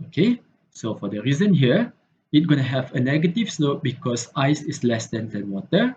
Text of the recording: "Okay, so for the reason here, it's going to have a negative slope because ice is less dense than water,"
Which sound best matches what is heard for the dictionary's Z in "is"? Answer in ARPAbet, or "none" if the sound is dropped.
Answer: S